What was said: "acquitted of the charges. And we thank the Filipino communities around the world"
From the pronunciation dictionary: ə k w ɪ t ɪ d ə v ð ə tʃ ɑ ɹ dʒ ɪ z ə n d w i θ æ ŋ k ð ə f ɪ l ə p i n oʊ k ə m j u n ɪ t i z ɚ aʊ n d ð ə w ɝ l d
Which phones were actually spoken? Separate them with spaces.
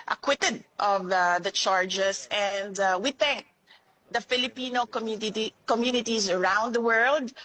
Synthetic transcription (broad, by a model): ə k w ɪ t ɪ d ə v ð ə tʃ ɑ ɹ dʒ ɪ s ə n d w i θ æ ŋ k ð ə f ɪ l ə p i n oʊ k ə m j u n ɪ t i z ɚ aʊ n d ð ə w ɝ l d